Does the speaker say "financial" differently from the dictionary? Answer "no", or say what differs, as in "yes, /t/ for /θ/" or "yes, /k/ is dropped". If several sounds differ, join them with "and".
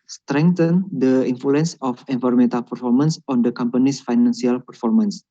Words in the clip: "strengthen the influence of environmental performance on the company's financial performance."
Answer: yes, /s/ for /ʃ/